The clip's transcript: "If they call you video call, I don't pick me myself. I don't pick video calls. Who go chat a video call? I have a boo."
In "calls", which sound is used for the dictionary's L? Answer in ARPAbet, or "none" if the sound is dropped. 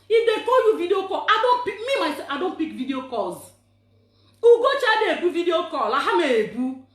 none